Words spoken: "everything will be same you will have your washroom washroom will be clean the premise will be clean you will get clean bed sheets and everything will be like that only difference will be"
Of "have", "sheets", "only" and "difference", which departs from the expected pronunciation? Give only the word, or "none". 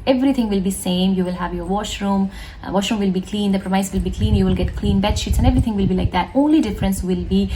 none